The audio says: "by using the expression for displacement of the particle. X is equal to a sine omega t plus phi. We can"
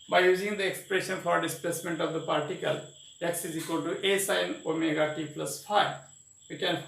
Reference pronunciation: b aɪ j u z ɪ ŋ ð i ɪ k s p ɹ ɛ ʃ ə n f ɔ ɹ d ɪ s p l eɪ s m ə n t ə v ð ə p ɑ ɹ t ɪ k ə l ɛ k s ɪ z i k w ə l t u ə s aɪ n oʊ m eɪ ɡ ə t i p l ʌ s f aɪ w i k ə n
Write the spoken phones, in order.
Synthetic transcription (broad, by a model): b aɪ j u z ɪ ŋ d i ɪ k s p ɹ ɛ ʃ ə n f ɔ ɹ d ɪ s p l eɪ s m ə n t ə v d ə p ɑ ɹ t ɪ k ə l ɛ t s ɪ z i k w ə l t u ə s aɪ n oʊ m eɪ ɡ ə t i p l ʌ s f aɪ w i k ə n